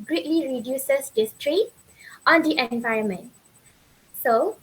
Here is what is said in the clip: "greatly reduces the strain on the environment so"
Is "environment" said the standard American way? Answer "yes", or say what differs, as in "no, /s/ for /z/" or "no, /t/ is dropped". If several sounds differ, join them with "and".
no, /ɹ/ is dropped